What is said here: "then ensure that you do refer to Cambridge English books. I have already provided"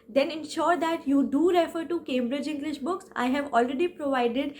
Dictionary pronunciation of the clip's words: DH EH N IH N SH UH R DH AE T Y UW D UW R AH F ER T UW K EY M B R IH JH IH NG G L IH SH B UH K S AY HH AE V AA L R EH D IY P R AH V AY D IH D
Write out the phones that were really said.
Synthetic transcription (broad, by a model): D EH N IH N SH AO R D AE T Y UW D UW R AH F ER T UW K EY M B R IH JH IH NG G L IH SH B UH K S AY HH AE V AA L R EH D IY P R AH V AY D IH D